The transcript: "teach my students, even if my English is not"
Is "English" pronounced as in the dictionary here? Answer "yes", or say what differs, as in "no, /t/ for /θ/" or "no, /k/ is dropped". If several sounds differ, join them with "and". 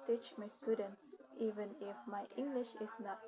yes